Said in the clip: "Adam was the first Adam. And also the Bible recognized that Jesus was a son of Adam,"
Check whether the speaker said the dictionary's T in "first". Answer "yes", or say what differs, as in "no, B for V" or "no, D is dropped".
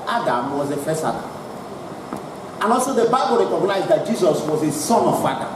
no, T is dropped